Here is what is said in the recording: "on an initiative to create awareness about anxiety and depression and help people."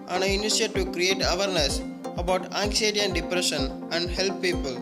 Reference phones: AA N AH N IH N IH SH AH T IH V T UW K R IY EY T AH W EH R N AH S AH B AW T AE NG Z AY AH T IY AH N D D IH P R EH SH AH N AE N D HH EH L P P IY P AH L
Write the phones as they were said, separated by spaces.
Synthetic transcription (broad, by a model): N AH N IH IH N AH S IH T UW K R IY EY T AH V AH R N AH S AH B AW T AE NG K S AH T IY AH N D D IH P R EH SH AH N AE N D HH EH L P P IY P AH L